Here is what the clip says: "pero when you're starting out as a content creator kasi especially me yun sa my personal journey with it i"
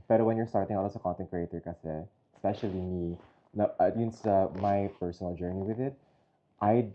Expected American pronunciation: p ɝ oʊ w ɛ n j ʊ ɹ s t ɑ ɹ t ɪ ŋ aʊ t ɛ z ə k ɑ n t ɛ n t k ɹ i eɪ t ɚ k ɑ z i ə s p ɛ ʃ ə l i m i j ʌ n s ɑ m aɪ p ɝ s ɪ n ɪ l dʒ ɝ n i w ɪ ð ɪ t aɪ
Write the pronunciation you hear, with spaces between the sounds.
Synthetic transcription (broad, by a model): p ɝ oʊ w ɛ n j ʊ ɹ s t ɑ ɹ t ɪ ŋ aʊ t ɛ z ə k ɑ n t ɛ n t k ɹ i eɪ t ɚ k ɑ s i s p ɛ ʃ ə l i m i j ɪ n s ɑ m aɪ p ɝ s ɪ n ɪ l dʒ ɝ n i w ɪ ð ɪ t aɪ